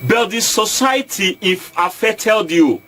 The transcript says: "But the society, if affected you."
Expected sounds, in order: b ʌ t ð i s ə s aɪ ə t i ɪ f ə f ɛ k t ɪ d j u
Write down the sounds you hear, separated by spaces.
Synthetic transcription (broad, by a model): b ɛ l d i s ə s aɪ t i ɪ f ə f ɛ t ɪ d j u